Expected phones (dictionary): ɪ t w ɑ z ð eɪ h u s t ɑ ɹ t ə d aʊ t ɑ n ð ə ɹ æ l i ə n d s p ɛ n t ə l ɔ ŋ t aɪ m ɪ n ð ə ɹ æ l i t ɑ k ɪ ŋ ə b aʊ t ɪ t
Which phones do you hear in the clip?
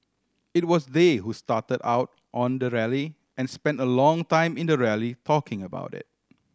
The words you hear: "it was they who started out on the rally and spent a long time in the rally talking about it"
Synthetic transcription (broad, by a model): ɪ t w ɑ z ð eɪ h u s t ɑ t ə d aʊ t ɑ n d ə ɹ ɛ l i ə n s p ɛ n t ə l ɔ ŋ t aɪ m ɪ n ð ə ɹ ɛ l i t ɑ k ɪ ŋ ə b aʊ t ɪ t